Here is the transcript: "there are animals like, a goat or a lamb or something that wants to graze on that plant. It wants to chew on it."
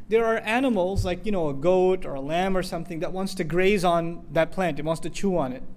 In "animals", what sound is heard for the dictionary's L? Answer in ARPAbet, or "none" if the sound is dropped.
L